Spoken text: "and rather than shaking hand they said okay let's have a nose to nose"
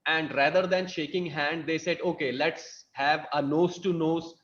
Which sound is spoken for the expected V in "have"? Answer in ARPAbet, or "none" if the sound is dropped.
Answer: V